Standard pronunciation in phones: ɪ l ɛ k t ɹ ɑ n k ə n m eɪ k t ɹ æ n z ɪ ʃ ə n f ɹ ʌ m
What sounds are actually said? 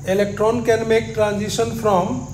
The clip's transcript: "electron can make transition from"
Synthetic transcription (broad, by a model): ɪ l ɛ k t ɹ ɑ n k ə n m eɪ k t ɹ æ n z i s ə n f ɹ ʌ m